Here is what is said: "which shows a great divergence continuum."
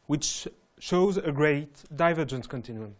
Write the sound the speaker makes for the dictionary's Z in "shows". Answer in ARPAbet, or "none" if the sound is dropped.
Z